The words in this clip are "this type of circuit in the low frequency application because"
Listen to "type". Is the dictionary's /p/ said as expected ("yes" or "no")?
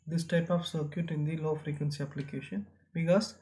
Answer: yes